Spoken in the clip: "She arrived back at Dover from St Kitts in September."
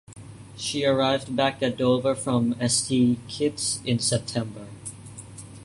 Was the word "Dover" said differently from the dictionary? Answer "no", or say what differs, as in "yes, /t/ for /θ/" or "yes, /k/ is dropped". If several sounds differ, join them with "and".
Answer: no